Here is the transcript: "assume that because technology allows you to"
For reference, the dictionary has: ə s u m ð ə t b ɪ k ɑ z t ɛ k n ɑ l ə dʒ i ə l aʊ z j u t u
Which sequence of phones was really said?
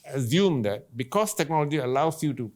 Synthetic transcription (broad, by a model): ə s u m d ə t b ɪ k ɑ s t ɛ k n ɑ l ə dʒ i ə l aʊ s j u t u